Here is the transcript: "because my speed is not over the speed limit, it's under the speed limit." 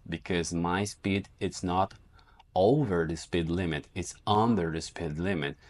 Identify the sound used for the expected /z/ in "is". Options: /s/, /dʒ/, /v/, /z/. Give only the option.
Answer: /s/